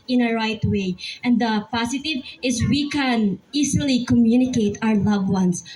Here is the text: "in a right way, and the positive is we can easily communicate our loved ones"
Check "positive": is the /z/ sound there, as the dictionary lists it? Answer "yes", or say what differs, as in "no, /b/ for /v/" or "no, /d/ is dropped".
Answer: no, /s/ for /z/